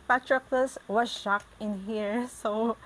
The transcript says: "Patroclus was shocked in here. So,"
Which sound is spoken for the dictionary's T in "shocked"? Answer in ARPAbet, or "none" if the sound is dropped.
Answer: none